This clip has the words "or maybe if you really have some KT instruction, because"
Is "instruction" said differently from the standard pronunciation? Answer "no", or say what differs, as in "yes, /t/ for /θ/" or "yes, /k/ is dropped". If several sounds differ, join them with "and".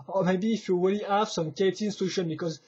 yes, /k/ is dropped